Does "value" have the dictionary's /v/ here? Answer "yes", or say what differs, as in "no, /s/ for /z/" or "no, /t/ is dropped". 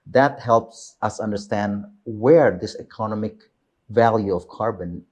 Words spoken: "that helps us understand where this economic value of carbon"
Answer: yes